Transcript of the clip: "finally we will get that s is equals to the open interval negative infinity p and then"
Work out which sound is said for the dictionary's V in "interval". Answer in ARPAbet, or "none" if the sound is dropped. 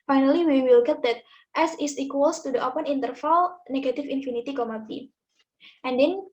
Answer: F